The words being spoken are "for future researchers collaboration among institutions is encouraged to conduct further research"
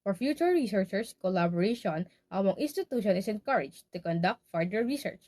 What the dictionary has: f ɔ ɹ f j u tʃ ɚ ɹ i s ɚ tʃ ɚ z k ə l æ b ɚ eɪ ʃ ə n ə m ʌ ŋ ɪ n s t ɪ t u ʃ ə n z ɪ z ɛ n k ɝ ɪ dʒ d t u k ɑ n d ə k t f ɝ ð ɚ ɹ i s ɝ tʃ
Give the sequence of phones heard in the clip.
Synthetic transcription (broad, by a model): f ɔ ɹ f j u tʃ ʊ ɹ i s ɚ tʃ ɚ s k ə l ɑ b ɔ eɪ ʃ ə n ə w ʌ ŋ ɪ n s t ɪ t u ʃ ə n ɪ s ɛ n k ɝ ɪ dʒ t u k ɑ n d ə k t f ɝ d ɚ ɹ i s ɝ tʃ